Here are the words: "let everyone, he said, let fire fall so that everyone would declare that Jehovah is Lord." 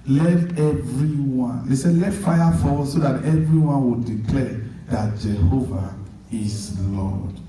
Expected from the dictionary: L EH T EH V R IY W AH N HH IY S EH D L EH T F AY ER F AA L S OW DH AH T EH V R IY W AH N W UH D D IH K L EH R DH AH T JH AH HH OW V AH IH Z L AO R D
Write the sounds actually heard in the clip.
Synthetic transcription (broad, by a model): L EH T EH V R IY W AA N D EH S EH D L EH T F AY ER F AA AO S OW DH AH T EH V R IY W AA N W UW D D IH K L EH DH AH T JH AH HH OW V AH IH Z L AO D